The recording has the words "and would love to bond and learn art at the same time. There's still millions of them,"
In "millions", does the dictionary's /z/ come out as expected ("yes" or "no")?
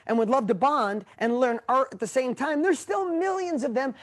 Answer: yes